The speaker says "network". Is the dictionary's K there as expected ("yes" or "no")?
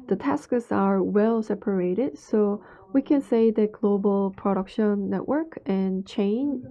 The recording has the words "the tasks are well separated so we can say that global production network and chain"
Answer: yes